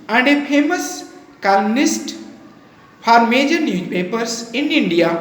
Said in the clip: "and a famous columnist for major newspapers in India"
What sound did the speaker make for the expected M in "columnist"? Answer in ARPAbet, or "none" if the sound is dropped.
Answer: none